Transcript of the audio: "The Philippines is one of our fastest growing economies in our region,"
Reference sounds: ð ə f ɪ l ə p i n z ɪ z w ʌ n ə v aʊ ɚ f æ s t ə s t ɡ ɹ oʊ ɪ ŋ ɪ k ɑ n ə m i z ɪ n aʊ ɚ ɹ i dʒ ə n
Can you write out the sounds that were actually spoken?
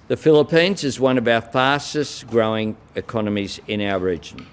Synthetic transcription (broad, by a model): ð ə f ɪ l ə p i n z ɪ z w ʌ n ə v aʊ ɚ f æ s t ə s t ɡ ɹ oʊ ɪ ŋ ɪ k ɑ n ə m i z ɪ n aʊ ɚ ɹ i dʒ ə n